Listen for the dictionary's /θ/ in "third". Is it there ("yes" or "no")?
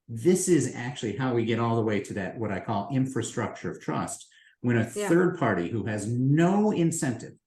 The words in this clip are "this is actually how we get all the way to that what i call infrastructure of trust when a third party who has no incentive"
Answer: yes